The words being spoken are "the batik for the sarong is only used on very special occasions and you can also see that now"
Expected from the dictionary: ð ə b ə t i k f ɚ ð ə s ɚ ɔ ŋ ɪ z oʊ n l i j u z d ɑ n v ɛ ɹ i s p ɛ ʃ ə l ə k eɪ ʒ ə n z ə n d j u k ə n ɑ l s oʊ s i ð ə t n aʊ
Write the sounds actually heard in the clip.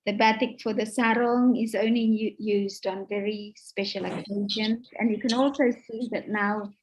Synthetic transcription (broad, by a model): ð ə b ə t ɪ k f ɚ ð ə s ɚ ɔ ŋ ɪ z oʊ n l i j u z d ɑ n v ɛ ɹ i s p ɛ ʃ ə l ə k eɪ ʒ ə n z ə n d j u k ə n ɑ l s oʊ s i ð ə t n aʊ